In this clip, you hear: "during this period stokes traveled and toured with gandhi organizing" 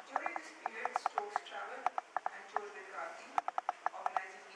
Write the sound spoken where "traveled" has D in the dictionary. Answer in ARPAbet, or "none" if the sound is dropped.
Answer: none